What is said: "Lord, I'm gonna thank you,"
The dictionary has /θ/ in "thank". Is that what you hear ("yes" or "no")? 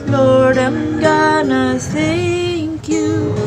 no